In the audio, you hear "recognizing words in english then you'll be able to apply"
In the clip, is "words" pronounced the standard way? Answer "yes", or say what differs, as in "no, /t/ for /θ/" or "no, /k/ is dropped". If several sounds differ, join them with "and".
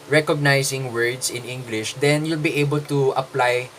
no, /s/ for /z/